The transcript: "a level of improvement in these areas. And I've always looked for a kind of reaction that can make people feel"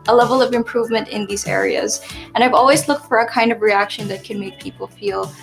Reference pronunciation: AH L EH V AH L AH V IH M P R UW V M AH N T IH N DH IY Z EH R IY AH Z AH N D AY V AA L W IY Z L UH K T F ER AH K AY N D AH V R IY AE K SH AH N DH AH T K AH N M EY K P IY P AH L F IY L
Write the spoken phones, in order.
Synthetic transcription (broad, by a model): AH L EH V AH L AH V IH M P R UW V M AH N T IH N DH IY Z EH R IY AH Z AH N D AY V AA L W IY Z L UH K T F ER AH K AY N D AH V R IY AE K SH AH N DH AH T K AH N M EY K P IY P L F IY L